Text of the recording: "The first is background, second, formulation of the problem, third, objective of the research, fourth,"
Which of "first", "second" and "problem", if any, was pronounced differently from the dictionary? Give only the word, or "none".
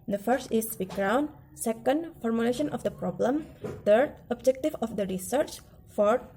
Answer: none